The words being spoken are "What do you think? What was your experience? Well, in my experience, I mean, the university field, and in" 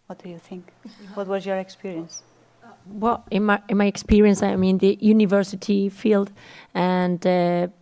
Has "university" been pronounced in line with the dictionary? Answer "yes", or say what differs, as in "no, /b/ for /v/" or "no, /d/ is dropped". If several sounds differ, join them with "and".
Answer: yes